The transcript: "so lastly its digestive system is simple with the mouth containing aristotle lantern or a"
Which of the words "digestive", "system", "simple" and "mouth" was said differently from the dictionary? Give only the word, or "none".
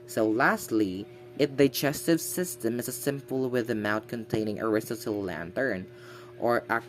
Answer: mouth